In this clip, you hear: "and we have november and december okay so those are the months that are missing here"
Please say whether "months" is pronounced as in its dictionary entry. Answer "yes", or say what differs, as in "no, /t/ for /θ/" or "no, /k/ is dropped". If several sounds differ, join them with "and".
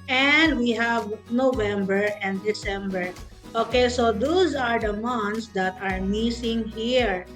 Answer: no, /t/ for /θ/